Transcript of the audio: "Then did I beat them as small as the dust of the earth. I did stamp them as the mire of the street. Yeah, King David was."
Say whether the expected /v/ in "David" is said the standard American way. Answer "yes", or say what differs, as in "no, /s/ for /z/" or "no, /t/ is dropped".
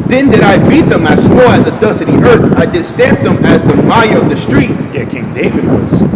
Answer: yes